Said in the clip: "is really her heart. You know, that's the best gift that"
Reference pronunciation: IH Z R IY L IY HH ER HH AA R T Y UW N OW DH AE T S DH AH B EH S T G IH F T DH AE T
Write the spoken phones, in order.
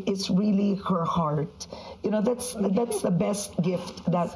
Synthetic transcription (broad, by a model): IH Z R IY L IY HH ER HH AA R T Y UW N OW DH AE T S DH AH B EH S T G IH F T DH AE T